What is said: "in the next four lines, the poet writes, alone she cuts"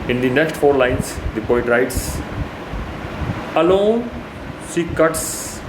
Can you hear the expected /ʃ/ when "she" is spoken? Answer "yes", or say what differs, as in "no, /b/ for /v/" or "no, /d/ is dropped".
no, /s/ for /ʃ/